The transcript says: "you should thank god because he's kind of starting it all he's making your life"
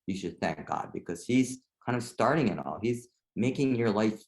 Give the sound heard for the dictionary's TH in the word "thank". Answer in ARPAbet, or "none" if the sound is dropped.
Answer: TH